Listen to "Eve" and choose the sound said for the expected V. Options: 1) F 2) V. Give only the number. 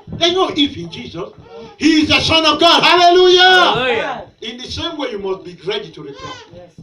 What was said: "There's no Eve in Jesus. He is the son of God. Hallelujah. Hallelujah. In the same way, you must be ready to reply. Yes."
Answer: 1